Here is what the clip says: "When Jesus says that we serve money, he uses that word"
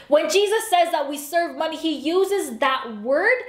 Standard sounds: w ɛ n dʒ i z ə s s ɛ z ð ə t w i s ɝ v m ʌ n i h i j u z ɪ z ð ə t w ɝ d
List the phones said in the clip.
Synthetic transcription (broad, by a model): w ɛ n dʒ i z ə s s ɛ z ð ə t w i s ɝ v m ʌ n i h i j u z ɪ z ð ə t w ɝ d